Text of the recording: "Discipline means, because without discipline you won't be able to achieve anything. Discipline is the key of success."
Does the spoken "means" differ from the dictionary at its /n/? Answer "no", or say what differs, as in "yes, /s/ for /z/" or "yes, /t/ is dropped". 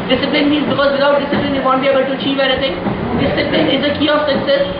no